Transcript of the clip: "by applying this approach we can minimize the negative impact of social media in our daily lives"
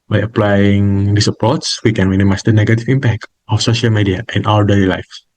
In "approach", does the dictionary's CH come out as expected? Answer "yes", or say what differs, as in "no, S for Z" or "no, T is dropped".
no, S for CH